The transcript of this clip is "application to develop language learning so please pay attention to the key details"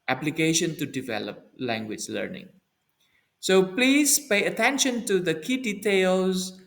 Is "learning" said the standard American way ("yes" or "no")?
yes